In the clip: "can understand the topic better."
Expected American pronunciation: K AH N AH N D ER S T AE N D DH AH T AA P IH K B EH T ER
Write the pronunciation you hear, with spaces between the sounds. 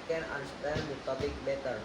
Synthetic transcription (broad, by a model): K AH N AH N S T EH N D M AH T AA B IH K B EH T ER